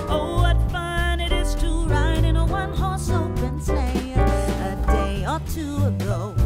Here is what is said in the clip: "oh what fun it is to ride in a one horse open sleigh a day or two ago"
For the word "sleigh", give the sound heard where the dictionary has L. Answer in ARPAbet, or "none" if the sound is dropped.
none